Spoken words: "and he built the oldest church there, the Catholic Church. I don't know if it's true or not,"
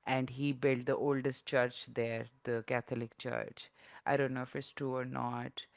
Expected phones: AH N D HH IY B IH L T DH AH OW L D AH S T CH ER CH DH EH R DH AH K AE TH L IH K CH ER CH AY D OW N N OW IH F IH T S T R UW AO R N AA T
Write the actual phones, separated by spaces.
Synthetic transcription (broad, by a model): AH N D HH IY B IH L T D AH OW L D AH S T CH ER CH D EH R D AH K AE T L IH K CH ER CH AY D OW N N OW IH F IH T S T UW AO R N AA T